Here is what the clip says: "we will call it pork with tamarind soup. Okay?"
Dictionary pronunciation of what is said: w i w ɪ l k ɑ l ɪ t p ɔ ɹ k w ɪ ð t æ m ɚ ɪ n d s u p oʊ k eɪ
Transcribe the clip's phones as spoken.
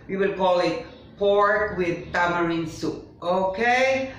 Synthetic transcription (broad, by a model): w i w ɪ l k ɑ l ɪ t p ɔ ɹ k w ɪ ð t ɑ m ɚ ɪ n s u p oʊ k eɪ